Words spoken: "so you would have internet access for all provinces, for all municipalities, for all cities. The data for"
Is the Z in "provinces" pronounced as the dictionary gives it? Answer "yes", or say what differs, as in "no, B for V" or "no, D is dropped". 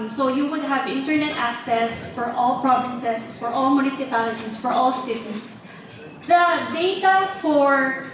no, S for Z